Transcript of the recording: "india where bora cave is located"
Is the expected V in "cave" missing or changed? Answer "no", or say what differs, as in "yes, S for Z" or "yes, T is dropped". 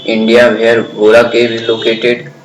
yes, B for V